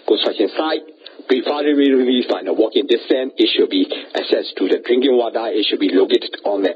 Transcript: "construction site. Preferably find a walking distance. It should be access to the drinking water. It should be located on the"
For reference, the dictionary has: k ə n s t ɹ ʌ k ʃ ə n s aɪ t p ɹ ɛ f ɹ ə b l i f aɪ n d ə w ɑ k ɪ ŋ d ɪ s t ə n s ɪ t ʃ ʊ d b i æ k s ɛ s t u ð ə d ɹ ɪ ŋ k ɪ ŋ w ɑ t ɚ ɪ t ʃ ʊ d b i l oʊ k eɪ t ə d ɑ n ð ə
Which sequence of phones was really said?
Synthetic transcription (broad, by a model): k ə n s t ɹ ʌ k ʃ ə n s aɪ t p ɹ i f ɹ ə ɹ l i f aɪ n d ə w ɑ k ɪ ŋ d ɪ s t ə n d ɪ t ʃ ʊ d b i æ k s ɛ s t u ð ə d ɹ ɪ ŋ k ɪ ŋ w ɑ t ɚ ɪ t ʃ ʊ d b i l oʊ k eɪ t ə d ɑ n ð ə